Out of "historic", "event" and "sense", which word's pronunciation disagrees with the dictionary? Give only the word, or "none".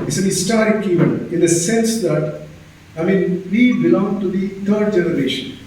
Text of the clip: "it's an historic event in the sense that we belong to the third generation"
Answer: event